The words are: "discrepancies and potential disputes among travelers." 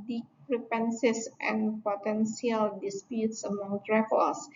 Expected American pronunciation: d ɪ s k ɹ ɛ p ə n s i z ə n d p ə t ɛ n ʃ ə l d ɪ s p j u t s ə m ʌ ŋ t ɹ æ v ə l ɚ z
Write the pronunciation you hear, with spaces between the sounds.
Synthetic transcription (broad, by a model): d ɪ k ɹ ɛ p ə n s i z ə n p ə t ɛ n s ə l d ɪ s p j u t s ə m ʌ ŋ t ɹ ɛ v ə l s